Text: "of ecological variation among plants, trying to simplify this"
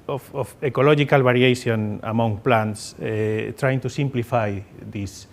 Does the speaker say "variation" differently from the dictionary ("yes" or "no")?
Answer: yes